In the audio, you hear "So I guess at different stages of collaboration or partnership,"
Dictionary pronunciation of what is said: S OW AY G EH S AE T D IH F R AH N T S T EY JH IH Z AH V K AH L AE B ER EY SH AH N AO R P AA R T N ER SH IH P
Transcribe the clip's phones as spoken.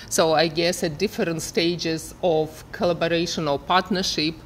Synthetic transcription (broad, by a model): S OW AY G EH S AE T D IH F R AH N T S T EY JH IH Z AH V K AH L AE B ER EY SH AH N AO L P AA R T N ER SH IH P